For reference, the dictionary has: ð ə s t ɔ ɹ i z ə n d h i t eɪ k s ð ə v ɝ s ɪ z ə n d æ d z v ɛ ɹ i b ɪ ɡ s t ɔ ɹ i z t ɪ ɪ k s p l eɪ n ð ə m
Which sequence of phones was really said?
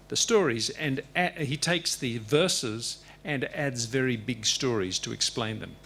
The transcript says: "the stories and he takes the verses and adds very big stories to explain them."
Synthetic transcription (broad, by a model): ð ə s t ɔ ɹ i z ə n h i t eɪ k s ð ə v ɝ s ɪ z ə n æ d z v ɛ ɹ i b ɪ ɡ s t ɔ ɹ i z t ɪ ɪ k s p l eɪ n ð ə m